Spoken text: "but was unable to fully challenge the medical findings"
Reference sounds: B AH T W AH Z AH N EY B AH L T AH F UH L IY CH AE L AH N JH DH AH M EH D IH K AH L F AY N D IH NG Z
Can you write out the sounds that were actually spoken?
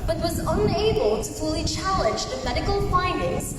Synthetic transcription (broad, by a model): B AH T W AH Z AH N EY B AH L T AH F UH L IY CH AE L AH N JH DH AH M EH D IH K AH L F AY N D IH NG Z